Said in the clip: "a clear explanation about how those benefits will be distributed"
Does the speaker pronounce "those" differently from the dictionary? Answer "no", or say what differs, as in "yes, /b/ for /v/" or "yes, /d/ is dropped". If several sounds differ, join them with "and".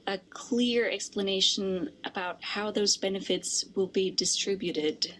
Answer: no